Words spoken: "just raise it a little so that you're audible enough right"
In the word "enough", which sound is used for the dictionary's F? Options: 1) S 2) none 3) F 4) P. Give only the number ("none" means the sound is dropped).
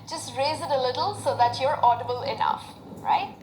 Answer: 3